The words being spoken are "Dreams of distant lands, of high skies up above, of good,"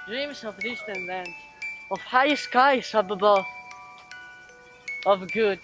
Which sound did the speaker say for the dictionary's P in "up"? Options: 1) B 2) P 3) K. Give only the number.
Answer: 1